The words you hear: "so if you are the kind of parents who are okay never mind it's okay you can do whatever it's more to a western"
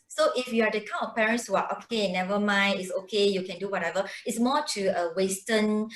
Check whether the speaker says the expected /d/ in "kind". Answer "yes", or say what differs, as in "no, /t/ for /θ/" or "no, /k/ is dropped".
no, /d/ is dropped